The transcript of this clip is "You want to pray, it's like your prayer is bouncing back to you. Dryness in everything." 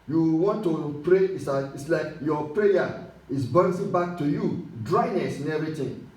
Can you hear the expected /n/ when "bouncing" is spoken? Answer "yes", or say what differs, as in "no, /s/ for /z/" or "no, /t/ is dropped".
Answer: no, /n/ is dropped